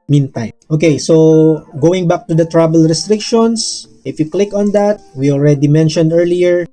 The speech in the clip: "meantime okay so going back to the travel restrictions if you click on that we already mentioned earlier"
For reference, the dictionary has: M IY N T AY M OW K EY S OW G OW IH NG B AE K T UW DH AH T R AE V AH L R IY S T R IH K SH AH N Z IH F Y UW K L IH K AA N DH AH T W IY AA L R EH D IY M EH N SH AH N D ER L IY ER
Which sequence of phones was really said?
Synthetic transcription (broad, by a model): M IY N T AY M OW K EY S OW G OW IH NG B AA K T UW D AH T R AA B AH L R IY S T R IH K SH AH N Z IH F Y UW K L IH K AA N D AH T W IY AA L R EH D IY M EH N SH AH N D ER L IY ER